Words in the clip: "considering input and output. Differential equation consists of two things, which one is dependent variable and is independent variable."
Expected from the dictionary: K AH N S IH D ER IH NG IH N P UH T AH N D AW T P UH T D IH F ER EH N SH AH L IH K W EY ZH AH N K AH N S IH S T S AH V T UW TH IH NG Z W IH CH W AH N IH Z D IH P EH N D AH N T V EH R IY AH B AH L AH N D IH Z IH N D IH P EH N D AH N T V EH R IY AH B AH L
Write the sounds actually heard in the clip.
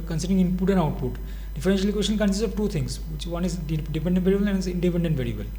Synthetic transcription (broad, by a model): K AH N S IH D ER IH NG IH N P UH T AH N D AW T P UH T D IH F ER EH N SH AH L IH K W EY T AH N K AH N S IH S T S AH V T UW T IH NG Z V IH CH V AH N IH Z D IH P EH N D AH N T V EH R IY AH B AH L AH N IH Z IH N D IH P EH N D AH N T V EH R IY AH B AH L